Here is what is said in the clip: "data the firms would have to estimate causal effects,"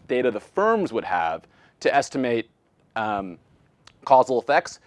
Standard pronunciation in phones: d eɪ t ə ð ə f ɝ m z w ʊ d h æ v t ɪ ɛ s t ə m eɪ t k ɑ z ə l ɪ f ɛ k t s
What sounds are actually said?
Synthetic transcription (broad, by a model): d eɪ t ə ð ə f ɝ m z w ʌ d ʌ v t ɪ ɛ s t ə m eɪ t k ɑ z l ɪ f ɛ k t s